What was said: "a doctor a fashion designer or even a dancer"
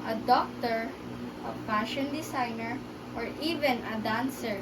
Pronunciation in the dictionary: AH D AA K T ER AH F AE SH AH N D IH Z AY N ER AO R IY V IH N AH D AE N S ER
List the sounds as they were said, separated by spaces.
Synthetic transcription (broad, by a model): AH D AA K T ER AH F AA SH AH N D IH S AY N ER AO R IY V IH N AH D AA N S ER